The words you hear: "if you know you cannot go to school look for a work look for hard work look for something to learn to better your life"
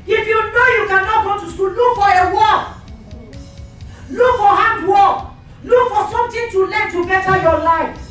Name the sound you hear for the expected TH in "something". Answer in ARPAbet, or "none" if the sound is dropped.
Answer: T